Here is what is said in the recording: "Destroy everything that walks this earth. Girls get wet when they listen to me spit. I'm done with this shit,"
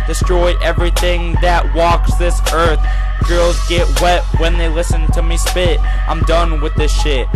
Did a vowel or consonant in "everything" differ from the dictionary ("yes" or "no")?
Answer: no